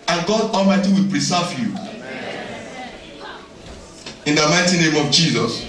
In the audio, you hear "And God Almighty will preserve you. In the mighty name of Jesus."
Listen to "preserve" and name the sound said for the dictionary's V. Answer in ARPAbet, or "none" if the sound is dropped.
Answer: F